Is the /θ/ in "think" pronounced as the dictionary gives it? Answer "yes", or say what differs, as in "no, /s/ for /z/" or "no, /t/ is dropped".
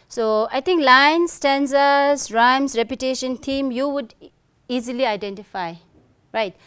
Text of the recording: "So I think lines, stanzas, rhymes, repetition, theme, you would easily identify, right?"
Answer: no, /t/ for /θ/